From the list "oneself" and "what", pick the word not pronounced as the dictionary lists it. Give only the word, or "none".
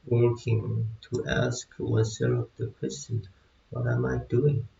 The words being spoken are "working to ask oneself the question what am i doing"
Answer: oneself